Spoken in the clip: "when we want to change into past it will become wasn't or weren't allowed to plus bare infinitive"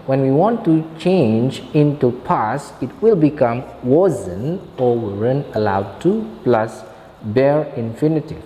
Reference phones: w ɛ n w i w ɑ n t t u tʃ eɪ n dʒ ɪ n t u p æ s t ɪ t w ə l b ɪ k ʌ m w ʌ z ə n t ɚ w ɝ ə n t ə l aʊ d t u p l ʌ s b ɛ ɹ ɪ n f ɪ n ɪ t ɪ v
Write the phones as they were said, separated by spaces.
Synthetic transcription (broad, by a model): w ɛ n w i w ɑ n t t u tʃ eɪ n dʒ ɪ n t u p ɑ s ɪ t w ə l b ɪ k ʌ m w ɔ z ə n ɔ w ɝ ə n ə l aʊ d t u p l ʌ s b ɛ ɹ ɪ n f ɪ n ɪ t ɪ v